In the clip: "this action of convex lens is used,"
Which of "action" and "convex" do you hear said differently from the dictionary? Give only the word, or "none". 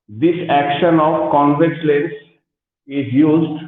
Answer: convex